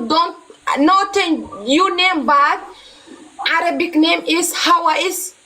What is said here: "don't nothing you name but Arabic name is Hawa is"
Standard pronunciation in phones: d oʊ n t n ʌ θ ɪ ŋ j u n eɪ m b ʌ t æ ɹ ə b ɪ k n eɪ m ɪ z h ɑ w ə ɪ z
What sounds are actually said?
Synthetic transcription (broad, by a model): d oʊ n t n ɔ t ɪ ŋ j u n eɪ m b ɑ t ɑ ɹ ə b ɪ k n eɪ m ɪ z h ɑ w ə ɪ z